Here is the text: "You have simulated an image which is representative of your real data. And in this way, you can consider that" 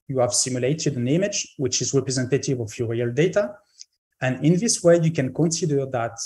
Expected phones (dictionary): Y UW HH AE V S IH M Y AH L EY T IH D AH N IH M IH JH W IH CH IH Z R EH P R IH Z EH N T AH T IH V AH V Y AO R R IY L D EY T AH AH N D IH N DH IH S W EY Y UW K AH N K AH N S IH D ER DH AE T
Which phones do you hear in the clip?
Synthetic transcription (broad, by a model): Y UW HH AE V S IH M Y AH L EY T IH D AH N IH M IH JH W IH CH IH Z R EH P R IH Z EH N T AH T IH V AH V Y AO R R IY L D EY T AH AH N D IH N DH IH S W EY Y UW K AH N K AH N S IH D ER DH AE T